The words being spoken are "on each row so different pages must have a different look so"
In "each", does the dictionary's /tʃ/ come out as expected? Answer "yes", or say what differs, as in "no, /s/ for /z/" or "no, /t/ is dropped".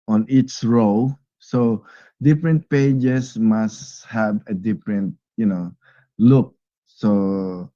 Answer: no, /s/ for /tʃ/